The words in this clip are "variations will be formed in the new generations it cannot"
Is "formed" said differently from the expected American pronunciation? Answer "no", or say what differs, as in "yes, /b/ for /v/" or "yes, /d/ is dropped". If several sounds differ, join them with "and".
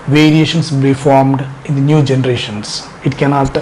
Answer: no